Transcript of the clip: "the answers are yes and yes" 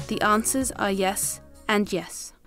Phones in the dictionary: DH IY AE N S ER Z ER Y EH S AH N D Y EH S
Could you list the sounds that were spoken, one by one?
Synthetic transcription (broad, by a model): DH IY AE N S ER Z ER Y EH S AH N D Y EH S